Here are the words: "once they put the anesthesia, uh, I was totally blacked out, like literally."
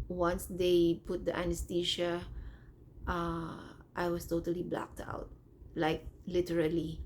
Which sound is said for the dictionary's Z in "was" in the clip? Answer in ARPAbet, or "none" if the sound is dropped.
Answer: S